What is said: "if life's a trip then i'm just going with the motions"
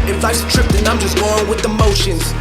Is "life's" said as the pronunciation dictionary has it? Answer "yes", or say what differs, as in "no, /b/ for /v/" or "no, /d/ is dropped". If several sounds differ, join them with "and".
no, /f/ is dropped